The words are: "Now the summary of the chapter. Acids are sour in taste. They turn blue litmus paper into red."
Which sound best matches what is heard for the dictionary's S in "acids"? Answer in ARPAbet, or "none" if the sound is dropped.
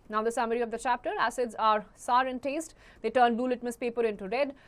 S